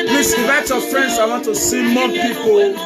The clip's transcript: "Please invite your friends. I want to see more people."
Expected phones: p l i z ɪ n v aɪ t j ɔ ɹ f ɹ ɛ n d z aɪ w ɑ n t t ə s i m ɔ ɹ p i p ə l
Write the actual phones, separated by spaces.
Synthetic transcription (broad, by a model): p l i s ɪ v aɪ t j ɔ f ɹ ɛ n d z aɪ w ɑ n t t ə s i m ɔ p i p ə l